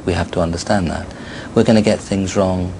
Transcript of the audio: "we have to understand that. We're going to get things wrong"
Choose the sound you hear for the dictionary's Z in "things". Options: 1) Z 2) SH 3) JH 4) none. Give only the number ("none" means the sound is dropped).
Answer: 1